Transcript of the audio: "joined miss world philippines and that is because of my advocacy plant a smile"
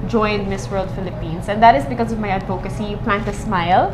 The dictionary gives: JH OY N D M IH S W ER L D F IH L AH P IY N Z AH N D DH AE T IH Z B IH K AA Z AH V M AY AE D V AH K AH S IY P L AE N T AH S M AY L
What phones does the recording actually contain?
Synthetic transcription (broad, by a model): JH OY N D M IH S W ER L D F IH L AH P IY N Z AH N D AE T IH Z B IH K AA Z AH V M AY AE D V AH K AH S IY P L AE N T AH S M AY L